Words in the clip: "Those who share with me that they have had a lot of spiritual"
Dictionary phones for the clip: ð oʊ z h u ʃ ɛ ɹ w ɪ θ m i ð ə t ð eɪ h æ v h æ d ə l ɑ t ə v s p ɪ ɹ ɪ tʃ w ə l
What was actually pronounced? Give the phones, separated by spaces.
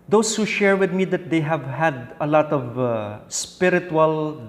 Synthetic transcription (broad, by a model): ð oʊ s h u ʃ ɛ ɹ w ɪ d m i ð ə t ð eɪ h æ v h æ d ə l ɑ t ə v s p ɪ ɹ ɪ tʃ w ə l